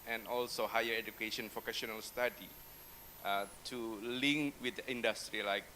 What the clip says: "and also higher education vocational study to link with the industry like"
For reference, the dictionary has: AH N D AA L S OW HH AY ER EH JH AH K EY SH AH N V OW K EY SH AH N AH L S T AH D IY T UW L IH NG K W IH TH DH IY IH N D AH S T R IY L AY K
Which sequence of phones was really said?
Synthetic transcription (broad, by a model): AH N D AA L S OW HH AY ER EH JH AH K EY SH AH N P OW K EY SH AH N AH L S T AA D IY T UW L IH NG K W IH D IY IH N D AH S T R IY L AY K